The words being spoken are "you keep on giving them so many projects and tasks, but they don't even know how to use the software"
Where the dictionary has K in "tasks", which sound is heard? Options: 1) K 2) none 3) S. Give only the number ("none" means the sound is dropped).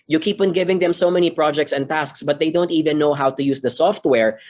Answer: 1